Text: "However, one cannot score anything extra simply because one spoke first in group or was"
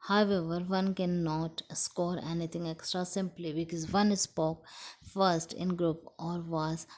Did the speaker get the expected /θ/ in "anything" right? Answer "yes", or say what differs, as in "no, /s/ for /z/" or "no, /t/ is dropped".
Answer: no, /t/ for /θ/